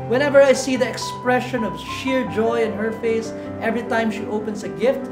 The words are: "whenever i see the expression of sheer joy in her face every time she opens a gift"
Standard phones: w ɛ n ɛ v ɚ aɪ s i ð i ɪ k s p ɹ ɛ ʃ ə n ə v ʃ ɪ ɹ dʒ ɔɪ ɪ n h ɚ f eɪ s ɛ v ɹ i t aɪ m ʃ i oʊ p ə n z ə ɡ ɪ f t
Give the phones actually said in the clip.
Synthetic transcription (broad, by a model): w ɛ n ɛ v ɚ aɪ s i ð i ɪ k s p ɹ ɛ ʃ ə n ə v ʃ ɪ ɹ dʒ ɔɪ ɪ n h ɚ f eɪ s ɛ v ɹ i t aɪ m ʃ i oʊ p ə n z ə ɡ ɪ f t